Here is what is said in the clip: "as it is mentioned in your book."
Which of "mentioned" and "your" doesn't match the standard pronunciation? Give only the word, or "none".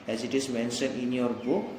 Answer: mentioned